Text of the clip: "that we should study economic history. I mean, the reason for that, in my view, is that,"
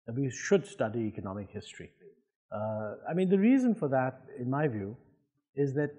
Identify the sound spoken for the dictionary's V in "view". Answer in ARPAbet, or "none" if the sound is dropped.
V